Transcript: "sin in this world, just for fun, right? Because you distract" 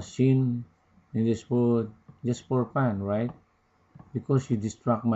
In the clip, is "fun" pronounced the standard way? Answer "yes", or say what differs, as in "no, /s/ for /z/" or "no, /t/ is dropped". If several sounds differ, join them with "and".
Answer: no, /p/ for /f/